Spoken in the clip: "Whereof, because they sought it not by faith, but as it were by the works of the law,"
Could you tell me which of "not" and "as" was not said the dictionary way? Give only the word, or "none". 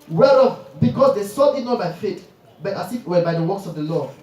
as